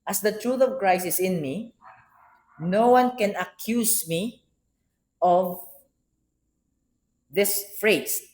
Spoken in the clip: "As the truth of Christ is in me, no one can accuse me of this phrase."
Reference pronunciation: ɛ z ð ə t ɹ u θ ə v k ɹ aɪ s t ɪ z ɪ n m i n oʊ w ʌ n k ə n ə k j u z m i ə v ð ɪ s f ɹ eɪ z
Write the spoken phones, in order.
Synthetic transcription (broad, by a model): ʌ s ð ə t ɹ u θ ə v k ɹ aɪ s ɪ s ɪ n m i n oʊ w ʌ n k ə n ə k j u s m i ə v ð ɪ s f ɹ eɪ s